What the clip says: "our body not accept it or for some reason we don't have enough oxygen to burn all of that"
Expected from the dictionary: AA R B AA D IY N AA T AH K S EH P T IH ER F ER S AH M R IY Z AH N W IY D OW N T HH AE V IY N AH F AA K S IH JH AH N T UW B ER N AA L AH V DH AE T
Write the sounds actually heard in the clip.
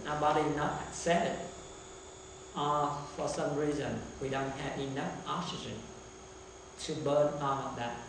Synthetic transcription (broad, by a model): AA B AA D IY N AA T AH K S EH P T IH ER F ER S AH M R IY Z AH N W IY D OW N T HH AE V IY N AH F AA K S IH JH AH N T UW B ER N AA N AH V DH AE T